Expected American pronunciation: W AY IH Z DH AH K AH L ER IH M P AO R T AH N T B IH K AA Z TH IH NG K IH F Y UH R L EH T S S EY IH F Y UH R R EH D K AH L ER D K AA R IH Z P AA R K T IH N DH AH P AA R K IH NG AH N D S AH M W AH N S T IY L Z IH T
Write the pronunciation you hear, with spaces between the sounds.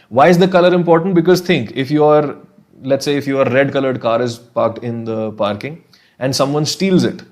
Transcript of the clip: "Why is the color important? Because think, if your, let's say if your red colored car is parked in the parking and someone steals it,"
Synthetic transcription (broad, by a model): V AY IH Z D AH K AH L ER IH M P AO R T AH N T B IH K AA Z T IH NG K IH F Y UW R L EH T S S EY IH F Y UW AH R EH D K AH L ER D K AA R IH Z P AA R K T IH N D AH P AA R K IH NG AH N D S AH M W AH N S T IY L Z IH T